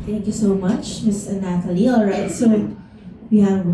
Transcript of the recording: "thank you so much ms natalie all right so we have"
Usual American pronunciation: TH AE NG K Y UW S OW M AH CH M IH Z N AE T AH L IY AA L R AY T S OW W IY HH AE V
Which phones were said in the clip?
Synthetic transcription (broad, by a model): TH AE NG K Y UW S OW M AH CH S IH N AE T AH L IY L R AY T S OW W IY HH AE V